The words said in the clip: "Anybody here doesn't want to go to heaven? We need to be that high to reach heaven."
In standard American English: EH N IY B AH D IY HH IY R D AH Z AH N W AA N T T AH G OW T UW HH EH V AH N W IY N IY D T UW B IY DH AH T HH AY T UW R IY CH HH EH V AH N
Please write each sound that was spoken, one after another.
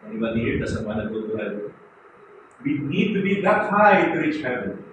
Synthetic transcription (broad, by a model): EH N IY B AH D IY HH IY R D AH S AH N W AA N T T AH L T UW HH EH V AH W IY N IY D T UW B IY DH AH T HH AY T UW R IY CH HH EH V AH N